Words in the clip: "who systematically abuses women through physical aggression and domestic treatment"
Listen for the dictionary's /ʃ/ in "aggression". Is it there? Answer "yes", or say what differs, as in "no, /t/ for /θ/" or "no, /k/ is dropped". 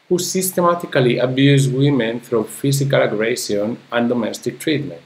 no, /s/ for /ʃ/